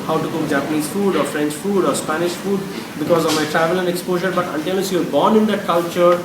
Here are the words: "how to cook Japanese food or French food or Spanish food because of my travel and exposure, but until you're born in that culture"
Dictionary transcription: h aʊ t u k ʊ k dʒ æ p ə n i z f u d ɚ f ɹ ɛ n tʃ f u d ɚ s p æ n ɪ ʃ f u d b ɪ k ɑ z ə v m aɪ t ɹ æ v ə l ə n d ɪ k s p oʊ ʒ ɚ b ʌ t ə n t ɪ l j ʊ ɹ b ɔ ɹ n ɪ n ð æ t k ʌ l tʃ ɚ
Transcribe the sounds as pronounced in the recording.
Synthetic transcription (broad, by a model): h aʊ t u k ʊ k dʒ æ p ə n i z f u d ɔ f ɹ ɛ n tʃ f u d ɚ s p æ n ɪ ʃ f u d b ɪ k ɑ z ə v m aɪ t ɹ æ v ə l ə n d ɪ k s p oʊ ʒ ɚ b ʌ t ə n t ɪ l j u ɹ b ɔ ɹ n ɪ n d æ t k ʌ l tʃ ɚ